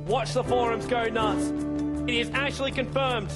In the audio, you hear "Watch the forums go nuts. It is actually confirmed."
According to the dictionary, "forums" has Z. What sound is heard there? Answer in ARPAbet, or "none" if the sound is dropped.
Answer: Z